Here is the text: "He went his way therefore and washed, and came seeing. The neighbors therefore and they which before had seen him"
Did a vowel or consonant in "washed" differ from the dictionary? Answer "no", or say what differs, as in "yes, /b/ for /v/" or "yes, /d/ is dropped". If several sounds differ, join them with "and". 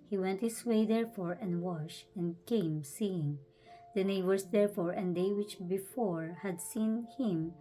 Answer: yes, /t/ is dropped